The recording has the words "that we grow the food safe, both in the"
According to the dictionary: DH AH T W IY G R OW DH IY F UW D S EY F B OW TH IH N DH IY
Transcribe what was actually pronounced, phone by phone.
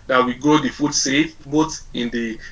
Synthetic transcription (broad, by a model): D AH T W IY G OW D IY F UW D S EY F B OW T IH N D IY